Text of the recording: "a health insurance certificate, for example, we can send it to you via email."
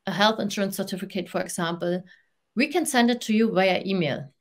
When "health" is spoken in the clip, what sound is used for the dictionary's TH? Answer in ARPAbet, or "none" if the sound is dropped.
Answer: TH